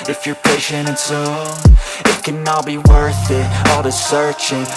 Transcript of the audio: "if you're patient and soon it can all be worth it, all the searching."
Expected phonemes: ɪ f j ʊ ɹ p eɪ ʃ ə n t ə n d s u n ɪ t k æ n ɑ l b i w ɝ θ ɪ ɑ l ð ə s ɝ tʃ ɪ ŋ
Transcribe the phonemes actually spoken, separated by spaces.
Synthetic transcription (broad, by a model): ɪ f j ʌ ɹ p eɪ ʃ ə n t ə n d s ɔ ɪ t k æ n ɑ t b i w ɝ θ ɪ ɑ l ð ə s ɝ tʃ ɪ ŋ